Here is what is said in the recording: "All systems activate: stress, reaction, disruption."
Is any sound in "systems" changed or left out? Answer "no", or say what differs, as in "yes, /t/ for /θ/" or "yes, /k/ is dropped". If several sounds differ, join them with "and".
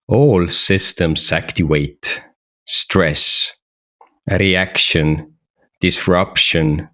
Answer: yes, /s/ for /z/